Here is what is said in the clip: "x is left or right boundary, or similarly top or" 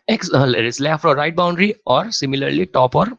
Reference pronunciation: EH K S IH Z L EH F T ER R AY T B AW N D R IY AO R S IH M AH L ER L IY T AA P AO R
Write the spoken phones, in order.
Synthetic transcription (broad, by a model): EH K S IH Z L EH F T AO R AY T B AW N D R IY AO R S IH M AH L ER L IY T AA P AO R